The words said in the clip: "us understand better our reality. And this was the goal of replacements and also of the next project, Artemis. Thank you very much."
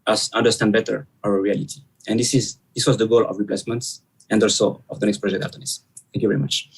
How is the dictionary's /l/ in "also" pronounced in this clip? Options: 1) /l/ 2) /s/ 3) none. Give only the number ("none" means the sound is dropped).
1